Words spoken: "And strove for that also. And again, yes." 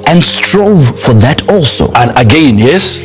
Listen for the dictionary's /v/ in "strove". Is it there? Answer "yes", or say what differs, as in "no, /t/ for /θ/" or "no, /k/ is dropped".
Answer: yes